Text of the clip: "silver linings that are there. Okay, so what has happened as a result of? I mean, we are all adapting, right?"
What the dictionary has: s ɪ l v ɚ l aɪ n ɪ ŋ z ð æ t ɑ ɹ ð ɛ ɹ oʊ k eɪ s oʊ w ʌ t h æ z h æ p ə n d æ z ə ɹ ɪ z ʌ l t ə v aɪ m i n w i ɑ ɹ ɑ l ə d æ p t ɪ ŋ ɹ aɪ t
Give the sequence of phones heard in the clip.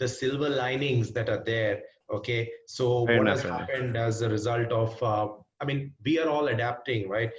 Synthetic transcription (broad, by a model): s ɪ l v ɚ l aɪ n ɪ ŋ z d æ t ɑ ɹ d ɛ ɹ oʊ k eɪ s oʊ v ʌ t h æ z h æ p ə n d æ z ə ɹ ɪ z ʌ l t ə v aɪ m i n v i ɑ ɹ ɑ l ə d æ p t ɪ ŋ ɹ aɪ t